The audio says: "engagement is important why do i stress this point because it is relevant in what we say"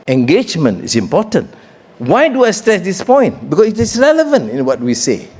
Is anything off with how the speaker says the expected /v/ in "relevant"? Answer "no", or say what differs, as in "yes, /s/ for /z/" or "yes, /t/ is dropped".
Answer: no